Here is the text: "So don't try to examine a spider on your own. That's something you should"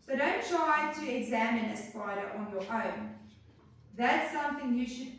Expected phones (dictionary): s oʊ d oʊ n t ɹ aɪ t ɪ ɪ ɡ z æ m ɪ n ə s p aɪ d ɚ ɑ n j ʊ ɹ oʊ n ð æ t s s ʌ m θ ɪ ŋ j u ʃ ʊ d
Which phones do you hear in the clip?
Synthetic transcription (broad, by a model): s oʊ d oʊ n t ɹ aɪ t ɪ ɪ ɡ z æ m ɪ n ə s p aɪ d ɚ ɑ n j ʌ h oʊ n ð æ t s s ʌ m θ ɪ ŋ j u ʃ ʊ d